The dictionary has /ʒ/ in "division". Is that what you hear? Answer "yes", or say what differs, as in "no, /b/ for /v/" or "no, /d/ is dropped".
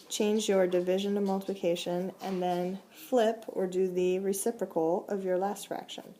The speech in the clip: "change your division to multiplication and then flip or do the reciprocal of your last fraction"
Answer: yes